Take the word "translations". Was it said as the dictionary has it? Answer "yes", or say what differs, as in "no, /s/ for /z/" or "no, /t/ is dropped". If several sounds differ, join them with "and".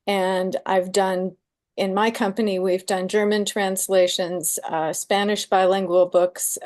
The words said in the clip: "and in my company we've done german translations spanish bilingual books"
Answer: yes